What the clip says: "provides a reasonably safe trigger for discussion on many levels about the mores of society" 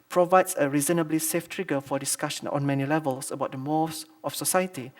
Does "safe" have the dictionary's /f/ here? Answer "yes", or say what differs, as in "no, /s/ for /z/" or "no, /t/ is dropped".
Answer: yes